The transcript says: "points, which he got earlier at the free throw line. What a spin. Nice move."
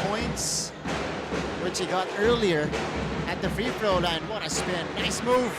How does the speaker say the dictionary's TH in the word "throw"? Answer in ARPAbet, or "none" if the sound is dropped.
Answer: F